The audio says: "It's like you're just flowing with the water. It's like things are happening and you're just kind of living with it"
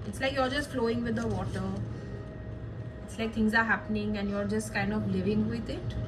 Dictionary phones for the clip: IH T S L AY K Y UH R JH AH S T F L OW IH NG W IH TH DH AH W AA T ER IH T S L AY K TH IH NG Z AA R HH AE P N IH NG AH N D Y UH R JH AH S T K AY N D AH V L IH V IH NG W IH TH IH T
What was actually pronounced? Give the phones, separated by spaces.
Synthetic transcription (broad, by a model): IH T S L AY K Y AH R JH AH S T F L OW IH NG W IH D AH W AA T ER IH T S L AY K T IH NG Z AA R HH AE P N IH NG AH N D Y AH R JH AH S T K AY N D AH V L IH V IH NG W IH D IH T